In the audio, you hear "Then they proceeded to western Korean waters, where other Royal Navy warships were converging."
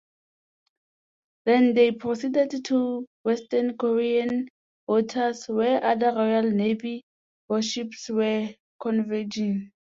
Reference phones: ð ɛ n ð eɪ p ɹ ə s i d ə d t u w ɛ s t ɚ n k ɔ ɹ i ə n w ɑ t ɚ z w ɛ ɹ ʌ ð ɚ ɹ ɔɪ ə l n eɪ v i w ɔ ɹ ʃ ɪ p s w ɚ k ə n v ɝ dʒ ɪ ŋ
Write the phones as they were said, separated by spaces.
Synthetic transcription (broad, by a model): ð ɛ n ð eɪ p ɹ ə s i d ə d t u w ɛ s t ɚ n k ɔ ɹ i ə n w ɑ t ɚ s w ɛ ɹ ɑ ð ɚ ɹ ɔɪ ə l n eɪ v i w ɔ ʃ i p s w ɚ k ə n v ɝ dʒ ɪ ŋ